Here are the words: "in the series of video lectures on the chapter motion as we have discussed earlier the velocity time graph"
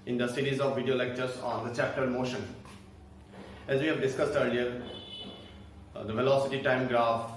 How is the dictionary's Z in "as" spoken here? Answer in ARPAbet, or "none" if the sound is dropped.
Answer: Z